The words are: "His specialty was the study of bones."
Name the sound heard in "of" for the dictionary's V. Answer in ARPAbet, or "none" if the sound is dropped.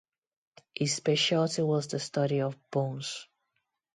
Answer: V